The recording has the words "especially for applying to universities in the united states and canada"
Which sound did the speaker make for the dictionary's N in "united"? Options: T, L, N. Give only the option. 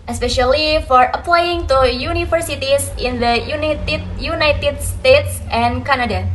N